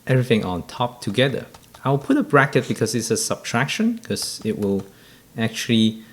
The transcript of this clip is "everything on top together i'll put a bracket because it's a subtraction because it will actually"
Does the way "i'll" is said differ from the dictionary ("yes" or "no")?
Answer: yes